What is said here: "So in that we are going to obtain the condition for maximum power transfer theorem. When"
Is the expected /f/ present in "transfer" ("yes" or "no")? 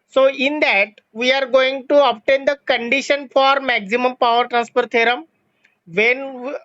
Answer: no